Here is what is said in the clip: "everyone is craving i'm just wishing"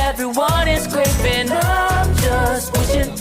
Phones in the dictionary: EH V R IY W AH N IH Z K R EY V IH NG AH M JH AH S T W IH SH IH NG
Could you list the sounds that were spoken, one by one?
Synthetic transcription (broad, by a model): EH V R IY W AH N IH Z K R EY IH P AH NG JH AH S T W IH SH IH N